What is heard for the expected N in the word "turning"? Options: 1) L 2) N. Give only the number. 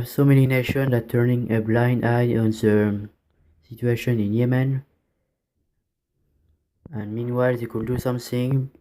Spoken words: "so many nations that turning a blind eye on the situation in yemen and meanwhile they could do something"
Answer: 2